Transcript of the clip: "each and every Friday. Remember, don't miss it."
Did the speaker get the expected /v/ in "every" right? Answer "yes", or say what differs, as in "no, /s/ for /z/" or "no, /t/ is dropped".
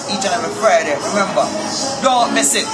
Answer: no, /v/ is dropped